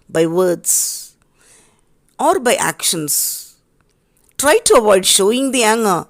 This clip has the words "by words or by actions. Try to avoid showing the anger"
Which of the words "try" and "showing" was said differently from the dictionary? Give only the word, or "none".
none